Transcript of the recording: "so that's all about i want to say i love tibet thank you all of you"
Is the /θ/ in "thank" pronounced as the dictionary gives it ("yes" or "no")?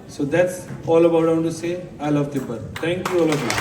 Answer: no